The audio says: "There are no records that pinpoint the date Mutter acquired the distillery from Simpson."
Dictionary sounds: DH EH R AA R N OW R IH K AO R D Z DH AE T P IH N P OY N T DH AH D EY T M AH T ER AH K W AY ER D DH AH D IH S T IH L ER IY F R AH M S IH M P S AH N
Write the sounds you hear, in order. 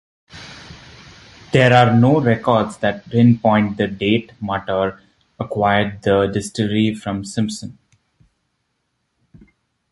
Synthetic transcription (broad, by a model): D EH R AA R N OW R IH K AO R D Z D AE T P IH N P OY N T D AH D EY T M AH T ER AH K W AY ER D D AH D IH S T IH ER IY F R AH M S IH M P S AH N